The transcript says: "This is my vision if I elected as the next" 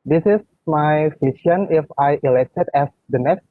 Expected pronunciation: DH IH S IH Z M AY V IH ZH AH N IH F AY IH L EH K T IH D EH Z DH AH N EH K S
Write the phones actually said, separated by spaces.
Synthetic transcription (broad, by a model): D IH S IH S M AY F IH S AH N IH F AY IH L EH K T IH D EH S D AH N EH K S